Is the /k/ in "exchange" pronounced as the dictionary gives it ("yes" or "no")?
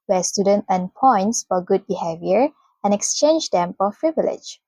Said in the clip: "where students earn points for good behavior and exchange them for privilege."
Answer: yes